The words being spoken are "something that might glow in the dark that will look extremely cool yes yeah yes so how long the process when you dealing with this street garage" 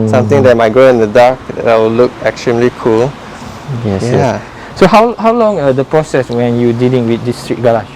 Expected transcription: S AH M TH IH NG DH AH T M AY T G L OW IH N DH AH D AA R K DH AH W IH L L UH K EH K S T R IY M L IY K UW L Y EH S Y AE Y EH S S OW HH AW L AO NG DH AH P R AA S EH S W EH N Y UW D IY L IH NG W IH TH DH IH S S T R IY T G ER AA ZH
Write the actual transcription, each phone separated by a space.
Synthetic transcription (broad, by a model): S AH M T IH NG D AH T M AY T G OW IH N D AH D AA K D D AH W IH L L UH K EH K S T R IY M L IY K UW L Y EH S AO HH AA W HH AW L AO NG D AH P R AA S EH S W EH N Y UW D IY L IH NG W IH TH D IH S S T R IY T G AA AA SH